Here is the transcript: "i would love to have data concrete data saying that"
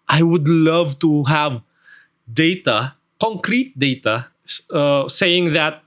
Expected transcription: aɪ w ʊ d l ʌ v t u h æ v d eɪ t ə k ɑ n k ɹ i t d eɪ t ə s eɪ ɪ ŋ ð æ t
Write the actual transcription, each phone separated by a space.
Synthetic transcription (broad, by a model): aɪ w ʊ d l ʌ v t u h æ v d eɪ t ə k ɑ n k ɹ i t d eɪ t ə s eɪ ɪ ŋ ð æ t